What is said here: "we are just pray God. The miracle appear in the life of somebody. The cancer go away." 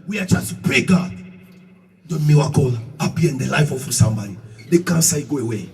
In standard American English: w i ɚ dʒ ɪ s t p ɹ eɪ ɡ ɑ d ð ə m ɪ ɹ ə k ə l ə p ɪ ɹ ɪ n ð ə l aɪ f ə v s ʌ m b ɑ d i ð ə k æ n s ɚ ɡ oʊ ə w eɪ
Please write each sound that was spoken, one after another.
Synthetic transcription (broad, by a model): w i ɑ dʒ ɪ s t p ɹ eɪ ɡ ɑ d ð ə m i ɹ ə k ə l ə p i ɪ n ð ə l aɪ f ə f s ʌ m b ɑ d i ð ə k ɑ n s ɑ ɡ oʊ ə w eɪ